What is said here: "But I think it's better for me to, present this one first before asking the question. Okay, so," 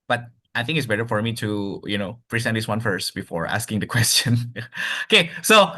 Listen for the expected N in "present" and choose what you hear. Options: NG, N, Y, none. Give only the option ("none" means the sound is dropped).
none